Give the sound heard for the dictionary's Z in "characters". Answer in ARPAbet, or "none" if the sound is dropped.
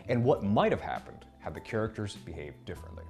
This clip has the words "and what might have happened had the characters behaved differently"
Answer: Z